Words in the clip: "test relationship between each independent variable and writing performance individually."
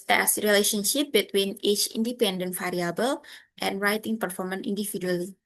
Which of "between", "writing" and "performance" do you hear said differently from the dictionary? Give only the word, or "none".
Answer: performance